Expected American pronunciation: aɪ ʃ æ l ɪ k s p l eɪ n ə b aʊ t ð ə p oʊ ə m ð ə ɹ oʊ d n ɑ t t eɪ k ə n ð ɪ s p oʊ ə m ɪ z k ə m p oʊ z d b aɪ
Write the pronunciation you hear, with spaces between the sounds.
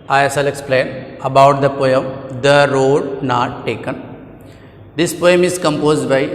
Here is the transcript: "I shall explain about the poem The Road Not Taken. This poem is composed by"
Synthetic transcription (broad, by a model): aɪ s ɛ l ɪ k s p l eɪ n ə b aʊ t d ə p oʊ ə m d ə ɹ oʊ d n ɑ t t eɪ k ə n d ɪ s p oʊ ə m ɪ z k ə m p oʊ z d b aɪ